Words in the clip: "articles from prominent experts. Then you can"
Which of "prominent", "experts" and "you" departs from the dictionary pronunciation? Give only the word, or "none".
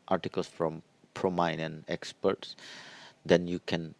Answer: prominent